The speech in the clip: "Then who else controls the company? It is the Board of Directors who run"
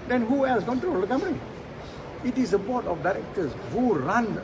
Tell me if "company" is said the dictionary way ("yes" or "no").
no